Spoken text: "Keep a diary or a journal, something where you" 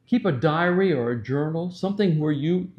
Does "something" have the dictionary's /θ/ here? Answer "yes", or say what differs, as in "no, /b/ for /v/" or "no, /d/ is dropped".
yes